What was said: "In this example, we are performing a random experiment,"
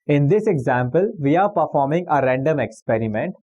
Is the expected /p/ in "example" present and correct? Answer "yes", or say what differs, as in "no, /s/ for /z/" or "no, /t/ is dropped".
yes